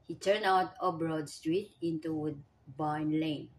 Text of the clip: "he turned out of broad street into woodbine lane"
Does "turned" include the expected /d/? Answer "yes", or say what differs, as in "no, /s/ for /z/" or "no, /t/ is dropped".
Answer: no, /d/ is dropped